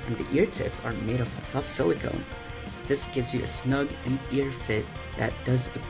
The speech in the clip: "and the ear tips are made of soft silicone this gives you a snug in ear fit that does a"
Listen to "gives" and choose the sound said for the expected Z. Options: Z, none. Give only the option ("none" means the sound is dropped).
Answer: Z